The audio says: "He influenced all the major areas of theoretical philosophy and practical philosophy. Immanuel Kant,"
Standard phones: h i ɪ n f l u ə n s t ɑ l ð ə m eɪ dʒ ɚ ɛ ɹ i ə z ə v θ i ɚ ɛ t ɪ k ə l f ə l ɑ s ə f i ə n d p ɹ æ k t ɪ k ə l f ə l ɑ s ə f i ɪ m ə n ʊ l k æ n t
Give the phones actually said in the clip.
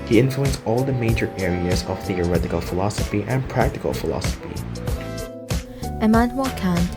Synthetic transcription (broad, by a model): h i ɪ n f l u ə n s ɑ l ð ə m eɪ dʒ ɚ ɛ ɹ i ə z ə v θ i ɚ ɛ t ɪ k ə l f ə l ɑ s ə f i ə n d p ɹ æ k t ɪ k ə l f ə l ɑ s ə f i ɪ m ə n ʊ k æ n